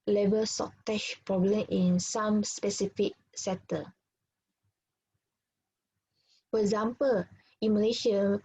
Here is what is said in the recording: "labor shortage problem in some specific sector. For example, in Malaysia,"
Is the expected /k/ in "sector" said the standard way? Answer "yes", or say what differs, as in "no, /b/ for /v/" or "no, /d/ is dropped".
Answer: no, /k/ is dropped